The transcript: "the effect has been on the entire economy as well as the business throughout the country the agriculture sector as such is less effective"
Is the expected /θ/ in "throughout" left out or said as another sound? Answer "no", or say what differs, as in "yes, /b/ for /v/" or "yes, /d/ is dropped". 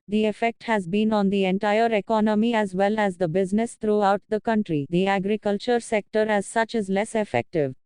yes, /t/ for /θ/